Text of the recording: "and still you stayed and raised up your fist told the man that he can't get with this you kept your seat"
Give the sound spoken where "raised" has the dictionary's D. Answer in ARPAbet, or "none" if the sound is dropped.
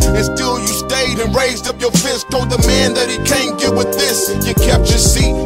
D